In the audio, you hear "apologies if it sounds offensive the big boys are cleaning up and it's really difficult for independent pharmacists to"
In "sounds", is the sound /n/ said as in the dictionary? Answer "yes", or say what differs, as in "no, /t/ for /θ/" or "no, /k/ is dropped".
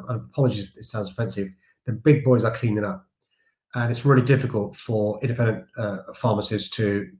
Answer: no, /l/ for /n/